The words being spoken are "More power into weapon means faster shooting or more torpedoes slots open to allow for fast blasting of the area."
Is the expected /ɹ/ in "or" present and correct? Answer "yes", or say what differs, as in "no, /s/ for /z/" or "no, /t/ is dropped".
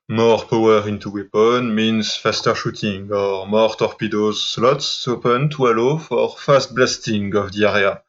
yes